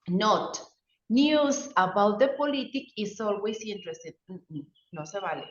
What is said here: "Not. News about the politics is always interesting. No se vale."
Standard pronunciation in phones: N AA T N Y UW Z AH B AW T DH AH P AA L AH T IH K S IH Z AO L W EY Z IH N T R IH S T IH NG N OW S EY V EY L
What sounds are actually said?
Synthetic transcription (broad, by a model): N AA T N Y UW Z AH B AW T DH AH P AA L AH T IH K IH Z AO L W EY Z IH N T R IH S T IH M N OW S EY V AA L